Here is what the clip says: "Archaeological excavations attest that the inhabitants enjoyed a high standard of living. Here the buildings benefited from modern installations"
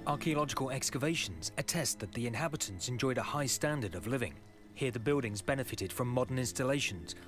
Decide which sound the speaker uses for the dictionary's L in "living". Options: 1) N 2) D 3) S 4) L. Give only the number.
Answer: 4